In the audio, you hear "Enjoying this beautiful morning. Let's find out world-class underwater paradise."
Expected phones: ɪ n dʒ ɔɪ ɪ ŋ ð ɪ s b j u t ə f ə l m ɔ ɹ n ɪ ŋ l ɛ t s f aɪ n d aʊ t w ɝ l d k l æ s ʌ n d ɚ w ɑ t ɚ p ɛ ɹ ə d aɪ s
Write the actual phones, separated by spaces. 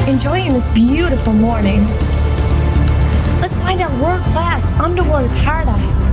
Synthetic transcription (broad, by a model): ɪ n dʒ ɔɪ ɪ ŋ ð ɪ s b j u t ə f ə l m ɔ ɹ n ɪ ŋ l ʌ t s f aɪ n d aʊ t w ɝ d k l æ s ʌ n d ɚ w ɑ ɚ p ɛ ɹ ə d aɪ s